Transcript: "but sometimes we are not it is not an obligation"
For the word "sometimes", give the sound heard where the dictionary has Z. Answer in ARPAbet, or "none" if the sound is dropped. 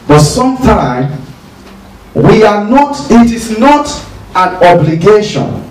none